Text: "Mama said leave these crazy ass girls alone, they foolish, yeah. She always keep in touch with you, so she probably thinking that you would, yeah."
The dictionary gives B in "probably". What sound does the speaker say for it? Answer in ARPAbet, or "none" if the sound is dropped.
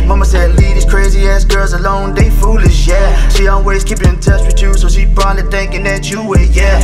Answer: none